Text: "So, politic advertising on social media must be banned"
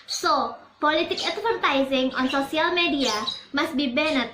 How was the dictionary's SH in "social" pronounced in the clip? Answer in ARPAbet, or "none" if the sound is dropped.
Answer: S